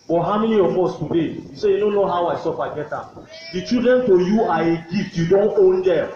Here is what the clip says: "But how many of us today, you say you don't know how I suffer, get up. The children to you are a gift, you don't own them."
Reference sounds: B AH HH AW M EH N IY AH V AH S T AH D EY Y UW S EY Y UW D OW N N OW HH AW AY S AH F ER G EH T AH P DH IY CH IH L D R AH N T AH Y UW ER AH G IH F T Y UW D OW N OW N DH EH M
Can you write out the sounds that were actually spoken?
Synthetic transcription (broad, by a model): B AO HH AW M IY L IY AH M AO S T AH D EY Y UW S EY Y UW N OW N N OW HH AW AY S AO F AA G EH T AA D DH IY CH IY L D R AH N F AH Y UW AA AH G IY F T Y UW D OW N OW N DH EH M